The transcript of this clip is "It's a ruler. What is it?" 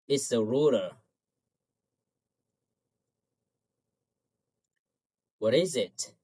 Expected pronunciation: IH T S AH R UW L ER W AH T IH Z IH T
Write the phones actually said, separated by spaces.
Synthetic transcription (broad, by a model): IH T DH AH R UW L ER W AH T IH Z IH T